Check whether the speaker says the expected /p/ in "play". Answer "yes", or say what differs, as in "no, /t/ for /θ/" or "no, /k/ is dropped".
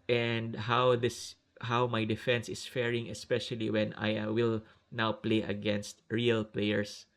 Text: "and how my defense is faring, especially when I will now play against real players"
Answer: yes